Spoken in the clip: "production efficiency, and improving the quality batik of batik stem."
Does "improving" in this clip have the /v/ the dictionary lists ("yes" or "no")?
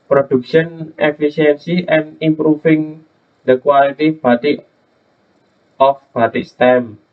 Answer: no